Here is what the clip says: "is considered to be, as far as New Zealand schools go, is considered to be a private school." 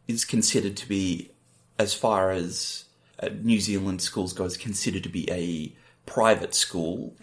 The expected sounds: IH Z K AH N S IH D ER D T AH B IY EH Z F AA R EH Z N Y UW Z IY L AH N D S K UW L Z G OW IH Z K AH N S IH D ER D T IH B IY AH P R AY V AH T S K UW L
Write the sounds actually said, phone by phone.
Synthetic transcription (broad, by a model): IH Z K N S IH D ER D T AH B IY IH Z F AA R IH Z N Y UW Z IY L AH N D S K UW L Z G OW IH Z K N S IH D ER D T IH B IY AH P R AY V AH T S K UW L